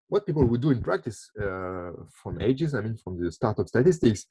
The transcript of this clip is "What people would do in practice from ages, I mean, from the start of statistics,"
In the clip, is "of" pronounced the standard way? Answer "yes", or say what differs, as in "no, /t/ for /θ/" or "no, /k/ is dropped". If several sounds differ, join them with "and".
no, /p/ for /v/